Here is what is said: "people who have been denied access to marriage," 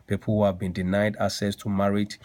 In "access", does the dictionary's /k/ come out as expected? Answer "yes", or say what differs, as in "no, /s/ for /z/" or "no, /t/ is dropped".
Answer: no, /k/ is dropped